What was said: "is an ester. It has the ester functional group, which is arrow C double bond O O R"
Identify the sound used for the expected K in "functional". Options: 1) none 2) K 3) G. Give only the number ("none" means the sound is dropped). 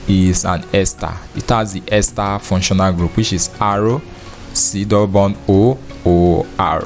1